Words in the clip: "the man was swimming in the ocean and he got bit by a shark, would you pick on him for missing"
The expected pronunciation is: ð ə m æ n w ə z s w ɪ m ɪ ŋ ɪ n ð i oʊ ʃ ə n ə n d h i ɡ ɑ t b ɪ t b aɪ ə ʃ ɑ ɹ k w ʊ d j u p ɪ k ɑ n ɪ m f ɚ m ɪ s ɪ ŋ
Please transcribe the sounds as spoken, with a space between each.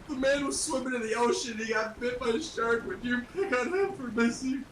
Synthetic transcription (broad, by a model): ð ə m æ n w ə z s w ɪ m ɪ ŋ ɪ n ð i oʊ ə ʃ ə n i ɡ ɑ t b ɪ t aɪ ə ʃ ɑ ɹ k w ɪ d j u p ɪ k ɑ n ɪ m f ɚ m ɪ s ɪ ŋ